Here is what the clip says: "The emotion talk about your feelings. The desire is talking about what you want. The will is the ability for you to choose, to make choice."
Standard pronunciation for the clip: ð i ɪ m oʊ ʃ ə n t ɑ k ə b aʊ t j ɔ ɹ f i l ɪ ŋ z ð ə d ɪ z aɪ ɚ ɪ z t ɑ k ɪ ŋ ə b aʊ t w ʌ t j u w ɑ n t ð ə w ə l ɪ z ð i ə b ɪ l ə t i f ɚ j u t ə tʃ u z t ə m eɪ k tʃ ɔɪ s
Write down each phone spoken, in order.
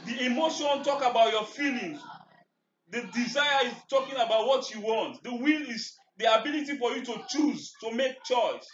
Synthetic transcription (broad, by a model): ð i ɪ m oʊ ʃ ə n t ɑ k ə b aʊ t j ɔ f i l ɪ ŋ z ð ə d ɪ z aɪ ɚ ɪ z t ɑ k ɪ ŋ ə b aʊ t w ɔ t j u w ɑ n t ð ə w ə l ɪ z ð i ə b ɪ l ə t i f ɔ j u t ə tʃ u z t ə m eɪ k tʃ ɔɪ s